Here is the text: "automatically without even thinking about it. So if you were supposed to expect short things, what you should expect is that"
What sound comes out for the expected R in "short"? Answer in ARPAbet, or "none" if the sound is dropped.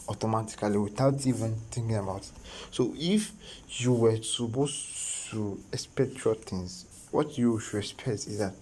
L